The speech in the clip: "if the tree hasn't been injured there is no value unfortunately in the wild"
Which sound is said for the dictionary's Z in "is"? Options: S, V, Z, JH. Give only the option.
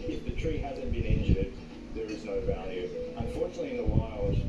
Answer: Z